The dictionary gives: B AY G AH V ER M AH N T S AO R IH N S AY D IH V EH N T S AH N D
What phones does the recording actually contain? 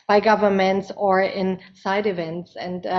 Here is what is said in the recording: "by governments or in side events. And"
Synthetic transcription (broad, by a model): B AY G AH V ER M AH N T S AO R IH N S AY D IH V EH N T S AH N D